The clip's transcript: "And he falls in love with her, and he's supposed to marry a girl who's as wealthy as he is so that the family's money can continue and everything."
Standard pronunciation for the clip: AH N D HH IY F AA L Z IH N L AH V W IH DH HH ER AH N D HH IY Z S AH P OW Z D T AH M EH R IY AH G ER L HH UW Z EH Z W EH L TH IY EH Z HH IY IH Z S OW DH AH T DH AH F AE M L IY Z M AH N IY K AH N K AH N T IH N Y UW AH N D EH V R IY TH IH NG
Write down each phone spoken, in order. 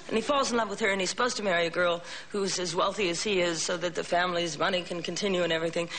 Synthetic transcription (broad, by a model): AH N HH IY F AA L Z N L AH V W IH DH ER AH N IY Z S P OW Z T AH M EH R IY AH G ER L HH UW Z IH Z W EH L TH IY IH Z HH IY IH Z S OW DH AH T DH AH F AE M L IY Z M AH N IY K AH N K AH N T IH N Y UW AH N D EH V R IY TH IH NG